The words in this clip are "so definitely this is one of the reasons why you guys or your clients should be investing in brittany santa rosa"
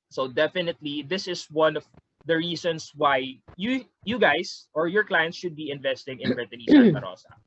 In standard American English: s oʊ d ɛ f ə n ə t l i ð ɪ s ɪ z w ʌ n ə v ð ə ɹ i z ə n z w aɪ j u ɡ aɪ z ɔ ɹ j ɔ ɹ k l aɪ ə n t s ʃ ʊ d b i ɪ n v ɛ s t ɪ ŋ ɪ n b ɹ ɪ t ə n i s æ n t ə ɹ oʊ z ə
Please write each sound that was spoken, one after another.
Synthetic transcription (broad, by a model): s oʊ d ɛ f ə n ə t l i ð ɪ s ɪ s w ʌ n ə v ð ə ɹ i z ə n s w aɪ j u ɡ aɪ s ɔ ɹ j ɔ ɹ k l aɪ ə n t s ʃ ʊ d b i ɪ n v ɛ s t ɪ ŋ ɪ n b ɹ ɪ t ə n i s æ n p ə ɹ oʊ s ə